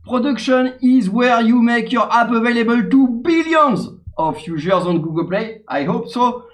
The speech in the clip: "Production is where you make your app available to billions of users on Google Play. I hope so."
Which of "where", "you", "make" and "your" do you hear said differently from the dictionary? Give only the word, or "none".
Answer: none